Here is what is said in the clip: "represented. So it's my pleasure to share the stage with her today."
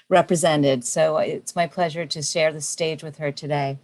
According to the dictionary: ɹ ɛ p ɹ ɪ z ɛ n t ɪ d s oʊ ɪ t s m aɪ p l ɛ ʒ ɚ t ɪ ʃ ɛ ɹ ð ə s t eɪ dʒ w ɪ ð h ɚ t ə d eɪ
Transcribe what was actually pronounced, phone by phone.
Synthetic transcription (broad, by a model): ɹ ɛ p ɹ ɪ z ɛ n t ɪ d s oʊ ɪ t s m aɪ p l ɛ ʒ ɚ t ɪ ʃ ɛ ɹ ð ə s t eɪ dʒ w ɪ ð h ɚ t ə d eɪ